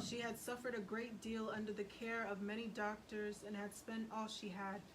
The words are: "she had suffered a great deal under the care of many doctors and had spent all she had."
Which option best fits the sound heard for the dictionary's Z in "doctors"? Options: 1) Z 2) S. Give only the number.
1